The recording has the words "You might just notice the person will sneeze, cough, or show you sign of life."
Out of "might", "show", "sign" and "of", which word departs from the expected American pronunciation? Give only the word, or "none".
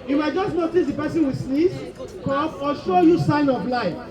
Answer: of